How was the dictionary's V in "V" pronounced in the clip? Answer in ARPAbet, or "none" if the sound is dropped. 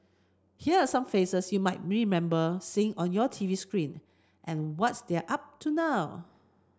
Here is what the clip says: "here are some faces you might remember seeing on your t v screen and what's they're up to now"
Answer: V